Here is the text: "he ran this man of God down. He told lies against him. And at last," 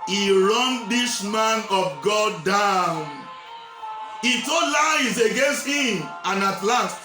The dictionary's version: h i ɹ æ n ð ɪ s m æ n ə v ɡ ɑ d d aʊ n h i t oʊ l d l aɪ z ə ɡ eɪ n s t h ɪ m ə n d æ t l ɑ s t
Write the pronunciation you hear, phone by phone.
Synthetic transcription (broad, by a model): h i ɹ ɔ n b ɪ ʃ m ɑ n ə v ɡ ɑ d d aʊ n h i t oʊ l l aɪ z ə ɡ eɪ n s t h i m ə n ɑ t l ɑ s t